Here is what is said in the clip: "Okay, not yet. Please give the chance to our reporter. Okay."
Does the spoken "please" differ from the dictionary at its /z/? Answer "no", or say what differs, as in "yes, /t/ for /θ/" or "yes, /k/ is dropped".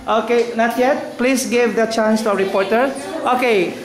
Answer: yes, /s/ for /z/